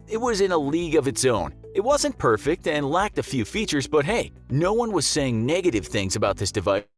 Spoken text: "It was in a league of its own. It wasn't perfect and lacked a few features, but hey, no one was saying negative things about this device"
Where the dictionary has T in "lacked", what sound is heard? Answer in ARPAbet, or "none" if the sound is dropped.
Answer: T